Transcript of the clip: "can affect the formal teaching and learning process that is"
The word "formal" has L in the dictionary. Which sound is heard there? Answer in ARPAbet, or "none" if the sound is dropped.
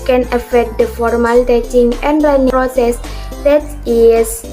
L